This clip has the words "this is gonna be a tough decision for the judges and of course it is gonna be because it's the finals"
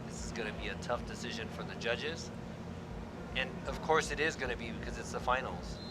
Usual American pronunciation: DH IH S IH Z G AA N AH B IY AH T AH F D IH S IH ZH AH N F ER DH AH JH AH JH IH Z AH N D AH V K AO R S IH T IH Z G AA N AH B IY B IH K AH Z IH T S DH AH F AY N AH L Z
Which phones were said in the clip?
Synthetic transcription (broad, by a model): DH IH S IH Z G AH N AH B IY AH T AH F D IH S IH ZH AH N F ER DH AH JH AH JH IH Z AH N AH V K AO R S IH T IH Z G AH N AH B IY B IH K AH Z IH T S DH AH F AY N L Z